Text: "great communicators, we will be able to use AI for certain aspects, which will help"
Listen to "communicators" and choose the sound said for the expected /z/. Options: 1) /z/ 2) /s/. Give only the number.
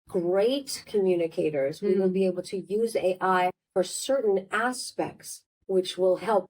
1